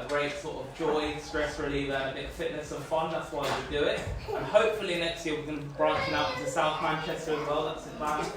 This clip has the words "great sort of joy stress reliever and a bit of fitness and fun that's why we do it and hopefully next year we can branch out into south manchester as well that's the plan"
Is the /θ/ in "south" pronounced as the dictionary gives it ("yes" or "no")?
yes